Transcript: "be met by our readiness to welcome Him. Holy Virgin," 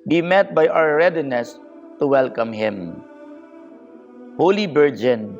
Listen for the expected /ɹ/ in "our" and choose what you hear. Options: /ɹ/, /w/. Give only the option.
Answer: /w/